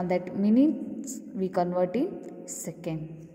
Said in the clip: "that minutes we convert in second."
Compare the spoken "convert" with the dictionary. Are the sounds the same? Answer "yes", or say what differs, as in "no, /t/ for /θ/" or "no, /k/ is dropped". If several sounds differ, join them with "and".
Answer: yes